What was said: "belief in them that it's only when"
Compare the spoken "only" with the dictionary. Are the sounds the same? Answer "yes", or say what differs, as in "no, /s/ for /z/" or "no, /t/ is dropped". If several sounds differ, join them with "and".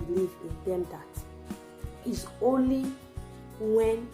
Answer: yes